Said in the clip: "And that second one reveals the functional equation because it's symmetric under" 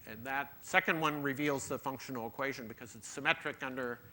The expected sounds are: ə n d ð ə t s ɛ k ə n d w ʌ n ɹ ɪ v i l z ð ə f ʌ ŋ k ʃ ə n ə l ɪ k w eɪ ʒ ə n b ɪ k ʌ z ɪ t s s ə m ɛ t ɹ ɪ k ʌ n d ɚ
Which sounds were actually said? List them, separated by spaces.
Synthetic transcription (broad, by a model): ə n ð ə t s ɛ k ə n d w ʌ n ɹ ɪ v i l z ð ə f ʌ ŋ k ʃ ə n l ɪ k w eɪ ʒ ə n b ɪ k ʌ z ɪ t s s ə m ɛ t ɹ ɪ k ʌ n d ɚ